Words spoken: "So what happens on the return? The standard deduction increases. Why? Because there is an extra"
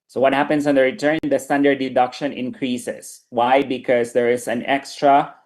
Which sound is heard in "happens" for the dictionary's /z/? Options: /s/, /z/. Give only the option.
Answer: /s/